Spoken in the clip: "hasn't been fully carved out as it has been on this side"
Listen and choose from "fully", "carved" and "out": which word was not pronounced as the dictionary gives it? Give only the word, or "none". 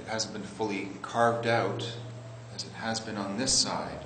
none